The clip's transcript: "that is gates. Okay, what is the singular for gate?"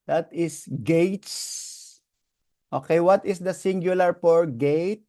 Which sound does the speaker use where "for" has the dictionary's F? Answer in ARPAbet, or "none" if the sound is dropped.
P